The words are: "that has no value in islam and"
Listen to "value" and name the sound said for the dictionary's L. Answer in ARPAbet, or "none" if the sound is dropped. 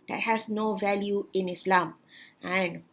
L